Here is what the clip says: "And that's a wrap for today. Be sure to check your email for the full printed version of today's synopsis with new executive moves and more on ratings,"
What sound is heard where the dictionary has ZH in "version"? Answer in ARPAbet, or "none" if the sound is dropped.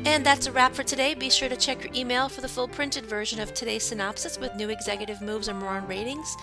ZH